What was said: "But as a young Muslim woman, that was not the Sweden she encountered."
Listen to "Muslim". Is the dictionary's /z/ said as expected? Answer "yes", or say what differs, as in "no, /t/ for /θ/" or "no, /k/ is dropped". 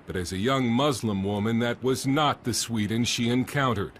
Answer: yes